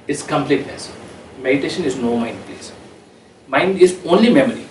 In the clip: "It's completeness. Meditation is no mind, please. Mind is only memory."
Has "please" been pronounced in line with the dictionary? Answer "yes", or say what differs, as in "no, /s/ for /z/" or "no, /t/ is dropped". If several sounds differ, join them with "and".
no, /s/ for /z/